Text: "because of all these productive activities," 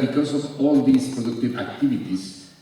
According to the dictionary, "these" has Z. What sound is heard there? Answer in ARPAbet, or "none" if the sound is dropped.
S